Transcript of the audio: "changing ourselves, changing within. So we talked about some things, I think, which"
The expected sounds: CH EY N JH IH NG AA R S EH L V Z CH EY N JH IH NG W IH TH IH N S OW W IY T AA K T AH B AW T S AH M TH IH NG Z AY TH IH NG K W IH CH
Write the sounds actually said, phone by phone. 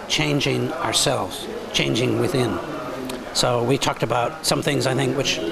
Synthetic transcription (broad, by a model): CH EY N JH IH NG AA R S EH L V Z CH EY N JH IH NG W IH TH IH N S OW W IY T AA K T AH B AW T S AH M TH IH NG Z AY TH IH NG K W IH CH